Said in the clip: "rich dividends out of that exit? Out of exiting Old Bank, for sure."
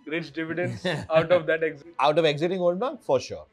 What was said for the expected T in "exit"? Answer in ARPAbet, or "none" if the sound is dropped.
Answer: none